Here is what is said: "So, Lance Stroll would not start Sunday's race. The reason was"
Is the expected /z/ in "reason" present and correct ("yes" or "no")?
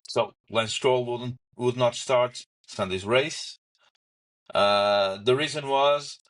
yes